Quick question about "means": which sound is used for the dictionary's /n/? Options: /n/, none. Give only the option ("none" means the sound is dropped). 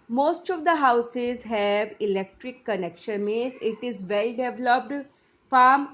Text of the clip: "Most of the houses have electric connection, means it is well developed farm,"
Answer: none